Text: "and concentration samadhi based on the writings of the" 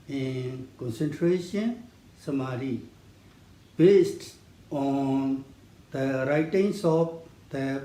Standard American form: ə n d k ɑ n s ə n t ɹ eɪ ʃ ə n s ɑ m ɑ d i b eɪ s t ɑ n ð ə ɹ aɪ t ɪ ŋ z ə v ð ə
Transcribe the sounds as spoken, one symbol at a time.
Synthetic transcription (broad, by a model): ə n k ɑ n s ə n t ɹ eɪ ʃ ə n s ɑ m ɑ d i b eɪ s t ɑ n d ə ɹ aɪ t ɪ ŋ s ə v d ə